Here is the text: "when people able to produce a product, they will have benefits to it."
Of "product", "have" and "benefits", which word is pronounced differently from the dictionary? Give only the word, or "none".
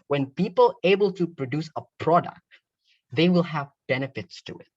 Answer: none